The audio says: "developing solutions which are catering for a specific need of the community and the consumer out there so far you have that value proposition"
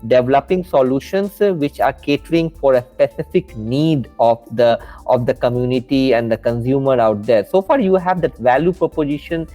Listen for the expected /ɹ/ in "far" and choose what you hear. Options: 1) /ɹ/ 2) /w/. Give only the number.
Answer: 1